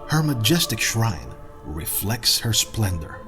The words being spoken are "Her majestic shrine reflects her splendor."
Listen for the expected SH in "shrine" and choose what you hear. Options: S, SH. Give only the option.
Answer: SH